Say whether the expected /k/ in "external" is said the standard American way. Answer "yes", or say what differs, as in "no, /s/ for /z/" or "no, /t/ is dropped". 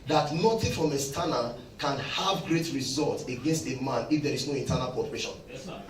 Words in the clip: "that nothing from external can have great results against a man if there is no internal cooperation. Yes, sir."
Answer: no, /k/ is dropped